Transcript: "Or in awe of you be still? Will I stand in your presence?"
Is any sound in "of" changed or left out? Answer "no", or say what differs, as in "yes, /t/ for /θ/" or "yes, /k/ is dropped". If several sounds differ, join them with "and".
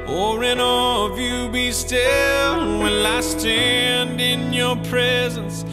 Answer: no